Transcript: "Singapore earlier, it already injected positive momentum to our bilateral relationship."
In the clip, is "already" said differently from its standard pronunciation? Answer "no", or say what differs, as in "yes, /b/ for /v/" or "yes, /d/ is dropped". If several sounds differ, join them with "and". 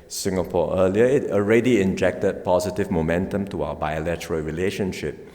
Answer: no